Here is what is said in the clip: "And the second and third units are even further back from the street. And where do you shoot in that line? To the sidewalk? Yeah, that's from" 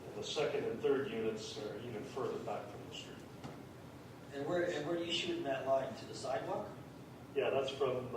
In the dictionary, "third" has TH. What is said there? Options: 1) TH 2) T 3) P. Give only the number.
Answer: 1